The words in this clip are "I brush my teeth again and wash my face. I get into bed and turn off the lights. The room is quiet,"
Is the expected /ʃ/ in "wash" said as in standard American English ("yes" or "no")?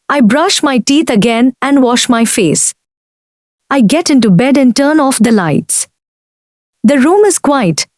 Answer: yes